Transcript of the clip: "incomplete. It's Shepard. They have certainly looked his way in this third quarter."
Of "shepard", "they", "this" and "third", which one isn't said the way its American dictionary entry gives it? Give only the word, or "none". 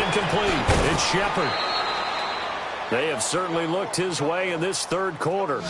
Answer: none